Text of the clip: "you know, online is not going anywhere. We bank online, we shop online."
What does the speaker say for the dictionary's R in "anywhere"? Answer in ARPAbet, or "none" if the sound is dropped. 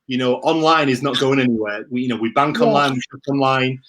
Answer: W